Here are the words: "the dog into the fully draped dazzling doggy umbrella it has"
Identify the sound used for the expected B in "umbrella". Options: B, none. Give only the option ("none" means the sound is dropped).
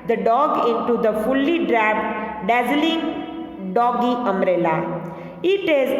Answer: none